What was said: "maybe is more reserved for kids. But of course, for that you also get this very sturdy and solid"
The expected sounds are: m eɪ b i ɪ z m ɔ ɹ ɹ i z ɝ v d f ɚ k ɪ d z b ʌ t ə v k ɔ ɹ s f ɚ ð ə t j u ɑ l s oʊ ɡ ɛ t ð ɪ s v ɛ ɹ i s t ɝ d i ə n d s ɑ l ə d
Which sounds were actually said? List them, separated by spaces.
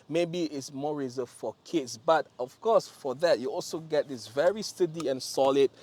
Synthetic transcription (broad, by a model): m eɪ b i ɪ s m ɔ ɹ ɹ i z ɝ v f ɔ k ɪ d s b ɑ t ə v k ɔ s f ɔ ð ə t j u ɑ l s oʊ ɡ ɛ t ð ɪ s v ɛ ɹ i s t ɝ d i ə n s ɑ l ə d